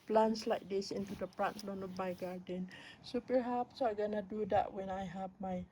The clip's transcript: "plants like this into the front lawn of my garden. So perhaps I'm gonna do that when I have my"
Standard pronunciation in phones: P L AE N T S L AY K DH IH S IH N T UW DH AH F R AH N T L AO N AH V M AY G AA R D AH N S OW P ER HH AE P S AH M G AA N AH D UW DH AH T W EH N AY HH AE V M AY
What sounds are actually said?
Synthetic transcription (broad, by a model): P L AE N S L AY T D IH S IH N T UW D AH P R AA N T L AO N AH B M AY G AA R D AH N S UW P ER HH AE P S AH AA G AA N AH D UW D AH T W EH N AY HH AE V M AY